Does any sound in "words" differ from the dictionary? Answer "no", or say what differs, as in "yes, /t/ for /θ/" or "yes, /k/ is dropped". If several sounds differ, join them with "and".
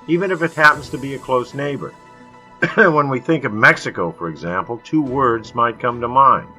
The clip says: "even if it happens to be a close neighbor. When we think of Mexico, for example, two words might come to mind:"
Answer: no